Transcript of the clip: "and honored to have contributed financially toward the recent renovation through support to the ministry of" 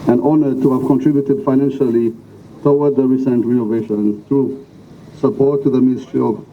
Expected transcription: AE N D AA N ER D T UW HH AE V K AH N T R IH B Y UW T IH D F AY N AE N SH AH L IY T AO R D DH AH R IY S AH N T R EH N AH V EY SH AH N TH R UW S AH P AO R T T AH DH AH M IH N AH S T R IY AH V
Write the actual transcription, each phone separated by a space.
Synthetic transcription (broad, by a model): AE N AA N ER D T UW HH AE V K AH N T R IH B Y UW T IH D F AY N AE N SH AH L IY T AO W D DH AH R IY S AH N T R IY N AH V EY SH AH N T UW S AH P AO R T T DH AH M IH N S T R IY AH